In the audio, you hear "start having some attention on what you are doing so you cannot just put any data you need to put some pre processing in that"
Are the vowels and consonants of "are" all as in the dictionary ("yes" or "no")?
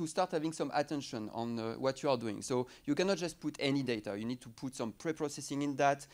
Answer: yes